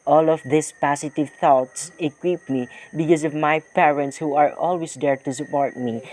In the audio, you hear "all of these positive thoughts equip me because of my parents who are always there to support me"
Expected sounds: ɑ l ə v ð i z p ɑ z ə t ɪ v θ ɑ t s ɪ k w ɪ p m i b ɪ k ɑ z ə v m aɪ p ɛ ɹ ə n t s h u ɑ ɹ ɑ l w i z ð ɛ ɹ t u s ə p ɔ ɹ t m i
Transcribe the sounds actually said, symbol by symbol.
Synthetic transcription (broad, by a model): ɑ l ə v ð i s p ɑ s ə t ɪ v θ ɑ t s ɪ k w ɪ p m i b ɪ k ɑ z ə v m aɪ p ɛ ɹ ə n t s h u ɑ ɹ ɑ l w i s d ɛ ɹ t u s ə p ɔ ɹ t m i